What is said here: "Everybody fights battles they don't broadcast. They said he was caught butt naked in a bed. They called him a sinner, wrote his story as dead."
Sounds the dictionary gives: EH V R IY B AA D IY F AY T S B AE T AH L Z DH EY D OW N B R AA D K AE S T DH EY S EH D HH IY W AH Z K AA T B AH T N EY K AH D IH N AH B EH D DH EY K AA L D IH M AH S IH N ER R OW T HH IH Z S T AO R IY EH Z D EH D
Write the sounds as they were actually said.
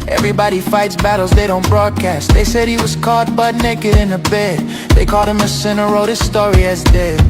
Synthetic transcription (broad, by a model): EH V R IY B AA D IY F AY T S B AE T L Z DH EY D OW N B R AA D K AE S T DH EY S EH D HH IY W AH Z K AA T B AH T N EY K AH D IH N AH B EH D DH EY K AA L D IH M AH S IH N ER R OW T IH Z S T AO R IY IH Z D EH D